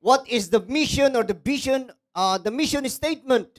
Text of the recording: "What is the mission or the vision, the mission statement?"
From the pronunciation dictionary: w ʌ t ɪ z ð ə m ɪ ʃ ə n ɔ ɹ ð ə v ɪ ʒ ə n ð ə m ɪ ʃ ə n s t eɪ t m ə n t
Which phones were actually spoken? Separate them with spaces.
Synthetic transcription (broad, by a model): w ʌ t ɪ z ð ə m ɪ ʃ ə n ɔ ɹ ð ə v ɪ ʃ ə n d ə m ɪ ʃ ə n s t eɪ t m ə n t